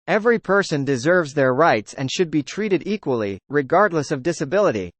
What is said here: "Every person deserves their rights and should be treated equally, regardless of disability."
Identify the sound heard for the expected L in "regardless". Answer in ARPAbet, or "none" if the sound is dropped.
L